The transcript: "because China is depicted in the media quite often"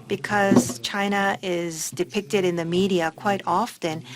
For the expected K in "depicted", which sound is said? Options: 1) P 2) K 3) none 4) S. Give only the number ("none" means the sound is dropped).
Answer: 2